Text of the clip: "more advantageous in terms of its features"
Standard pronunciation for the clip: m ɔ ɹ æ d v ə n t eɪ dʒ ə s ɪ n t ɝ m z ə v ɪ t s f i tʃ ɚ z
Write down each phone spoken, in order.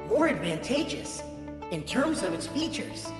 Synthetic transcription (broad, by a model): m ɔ ɹ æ d v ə n t eɪ dʒ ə s ɪ n t ɝ m z ə v ɪ t s f i tʃ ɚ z